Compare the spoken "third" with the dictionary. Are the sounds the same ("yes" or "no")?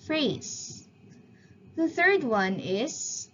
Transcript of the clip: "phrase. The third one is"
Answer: yes